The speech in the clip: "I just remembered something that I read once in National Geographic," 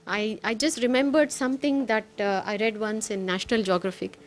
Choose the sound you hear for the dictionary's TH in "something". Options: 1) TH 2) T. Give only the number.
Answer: 2